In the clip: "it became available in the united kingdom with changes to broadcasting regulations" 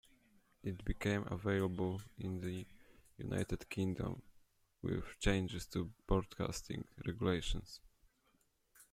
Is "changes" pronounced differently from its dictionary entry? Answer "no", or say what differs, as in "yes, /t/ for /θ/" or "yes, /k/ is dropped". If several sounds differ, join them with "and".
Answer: yes, /s/ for /z/